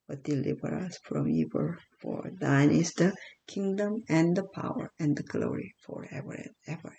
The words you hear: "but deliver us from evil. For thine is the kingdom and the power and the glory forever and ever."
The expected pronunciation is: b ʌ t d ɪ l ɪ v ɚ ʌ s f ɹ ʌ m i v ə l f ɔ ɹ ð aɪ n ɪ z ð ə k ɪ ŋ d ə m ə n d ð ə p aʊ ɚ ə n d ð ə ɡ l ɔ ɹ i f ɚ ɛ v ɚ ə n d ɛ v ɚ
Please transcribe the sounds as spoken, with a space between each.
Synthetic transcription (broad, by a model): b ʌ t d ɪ l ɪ b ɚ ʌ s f ɹ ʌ m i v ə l f ɔ ɹ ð aɪ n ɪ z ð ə k ɪ ŋ d ə m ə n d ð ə p aʊ ɚ ə n d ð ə ɡ l ɔ ɹ i f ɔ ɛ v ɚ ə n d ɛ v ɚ